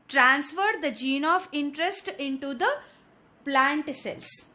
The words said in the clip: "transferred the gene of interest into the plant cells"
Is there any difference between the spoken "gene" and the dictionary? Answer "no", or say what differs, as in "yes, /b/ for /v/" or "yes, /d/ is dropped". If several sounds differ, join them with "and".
no